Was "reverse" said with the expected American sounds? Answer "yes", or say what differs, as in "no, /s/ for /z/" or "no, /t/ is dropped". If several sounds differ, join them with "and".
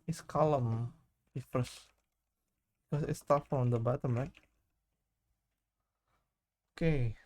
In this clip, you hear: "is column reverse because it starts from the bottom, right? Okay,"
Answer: no, /f/ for /v/